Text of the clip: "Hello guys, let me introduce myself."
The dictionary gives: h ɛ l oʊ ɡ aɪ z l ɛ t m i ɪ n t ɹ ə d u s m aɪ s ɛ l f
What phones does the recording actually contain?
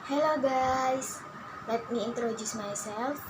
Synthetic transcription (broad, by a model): h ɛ l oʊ ɡ aɪ s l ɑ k m i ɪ n t ɹ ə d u s m aɪ s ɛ l f